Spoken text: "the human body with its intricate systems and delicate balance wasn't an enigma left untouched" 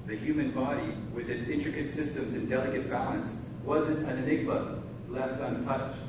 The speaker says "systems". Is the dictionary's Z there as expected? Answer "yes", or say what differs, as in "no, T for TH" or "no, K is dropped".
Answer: yes